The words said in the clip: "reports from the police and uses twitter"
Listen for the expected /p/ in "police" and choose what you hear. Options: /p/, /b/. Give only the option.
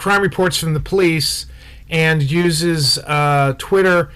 /p/